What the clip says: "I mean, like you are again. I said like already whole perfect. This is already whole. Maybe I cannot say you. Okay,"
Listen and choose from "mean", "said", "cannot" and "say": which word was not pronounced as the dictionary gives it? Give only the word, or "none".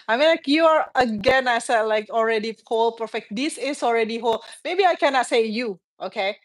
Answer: none